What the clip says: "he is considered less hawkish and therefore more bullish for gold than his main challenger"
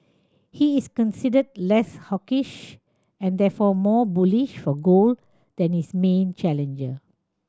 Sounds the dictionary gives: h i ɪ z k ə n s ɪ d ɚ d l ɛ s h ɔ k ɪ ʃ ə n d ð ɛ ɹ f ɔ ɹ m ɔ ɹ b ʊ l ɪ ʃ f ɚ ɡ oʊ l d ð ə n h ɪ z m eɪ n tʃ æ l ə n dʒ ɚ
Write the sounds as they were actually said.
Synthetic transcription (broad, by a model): h i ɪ s k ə n s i d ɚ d l ɛ s h ɔ k ɪ ʃ ə n d ɛ f ɔ m ɔ b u l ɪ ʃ f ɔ ɡ oʊ l d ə n h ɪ s m eɪ n tʃ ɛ l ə n dʒ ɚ